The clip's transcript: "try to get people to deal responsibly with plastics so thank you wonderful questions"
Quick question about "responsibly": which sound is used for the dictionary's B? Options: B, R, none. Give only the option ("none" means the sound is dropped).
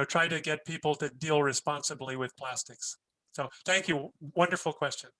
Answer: B